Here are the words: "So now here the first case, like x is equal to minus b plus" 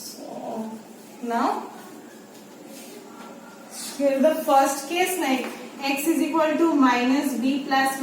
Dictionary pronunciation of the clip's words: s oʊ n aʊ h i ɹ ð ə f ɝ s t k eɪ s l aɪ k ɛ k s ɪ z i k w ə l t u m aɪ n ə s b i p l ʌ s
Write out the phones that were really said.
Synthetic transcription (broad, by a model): s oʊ n aʊ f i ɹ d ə f ɝ s t k eɪ s n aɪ ɛ k s ɪ z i k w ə l t u m aɪ n ə s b i p l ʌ s